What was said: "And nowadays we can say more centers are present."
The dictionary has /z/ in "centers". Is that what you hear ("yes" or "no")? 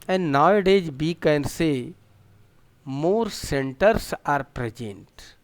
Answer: no